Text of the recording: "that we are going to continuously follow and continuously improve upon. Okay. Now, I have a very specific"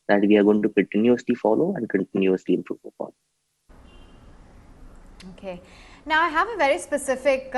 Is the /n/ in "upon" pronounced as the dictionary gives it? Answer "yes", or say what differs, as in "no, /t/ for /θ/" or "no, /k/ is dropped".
no, /l/ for /n/